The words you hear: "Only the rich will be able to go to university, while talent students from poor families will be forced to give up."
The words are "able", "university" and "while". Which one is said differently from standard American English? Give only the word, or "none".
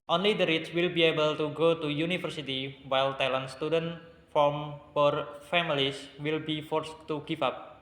university